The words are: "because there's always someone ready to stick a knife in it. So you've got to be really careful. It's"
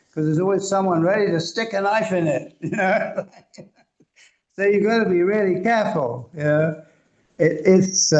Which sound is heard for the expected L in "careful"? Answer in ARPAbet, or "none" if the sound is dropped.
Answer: N